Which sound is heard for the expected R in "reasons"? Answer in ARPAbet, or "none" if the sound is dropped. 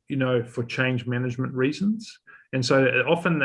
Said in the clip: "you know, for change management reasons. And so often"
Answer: R